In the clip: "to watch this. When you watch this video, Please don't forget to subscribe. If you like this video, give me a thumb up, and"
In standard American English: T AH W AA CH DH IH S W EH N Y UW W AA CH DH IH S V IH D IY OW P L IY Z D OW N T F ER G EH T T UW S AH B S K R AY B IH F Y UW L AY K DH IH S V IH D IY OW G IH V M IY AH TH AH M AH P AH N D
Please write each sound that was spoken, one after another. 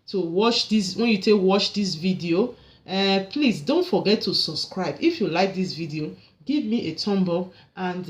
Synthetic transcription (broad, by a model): T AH W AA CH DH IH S W EH N Y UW W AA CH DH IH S V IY D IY OW P L IY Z D OW N T F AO G EH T T UW S AH B S K R AY B IH F Y UW L AY K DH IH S V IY D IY OW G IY V M IY AH T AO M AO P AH N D